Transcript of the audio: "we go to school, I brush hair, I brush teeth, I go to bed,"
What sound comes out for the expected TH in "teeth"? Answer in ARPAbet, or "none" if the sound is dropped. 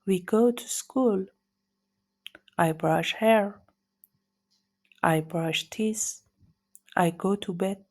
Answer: S